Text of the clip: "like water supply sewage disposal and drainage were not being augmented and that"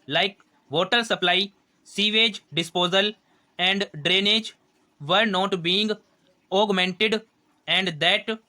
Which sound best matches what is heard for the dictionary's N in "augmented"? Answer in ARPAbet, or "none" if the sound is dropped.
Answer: N